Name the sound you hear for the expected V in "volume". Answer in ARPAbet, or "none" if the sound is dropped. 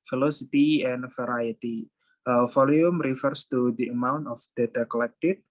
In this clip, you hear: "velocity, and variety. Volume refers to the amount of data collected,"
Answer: F